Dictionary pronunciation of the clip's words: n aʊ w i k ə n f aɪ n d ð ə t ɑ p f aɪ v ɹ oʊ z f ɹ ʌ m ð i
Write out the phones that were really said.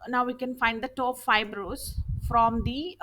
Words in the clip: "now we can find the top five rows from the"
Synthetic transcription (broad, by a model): n aʊ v i k ə n f aɪ n d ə t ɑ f aɪ b ɹ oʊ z f ɹ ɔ m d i